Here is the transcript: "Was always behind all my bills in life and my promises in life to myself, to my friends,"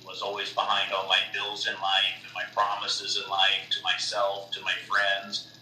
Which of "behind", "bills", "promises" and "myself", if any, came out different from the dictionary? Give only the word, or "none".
none